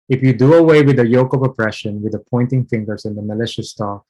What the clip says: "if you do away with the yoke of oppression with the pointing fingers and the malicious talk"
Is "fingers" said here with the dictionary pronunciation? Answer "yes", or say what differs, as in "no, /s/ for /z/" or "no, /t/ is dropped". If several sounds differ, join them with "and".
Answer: no, /s/ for /z/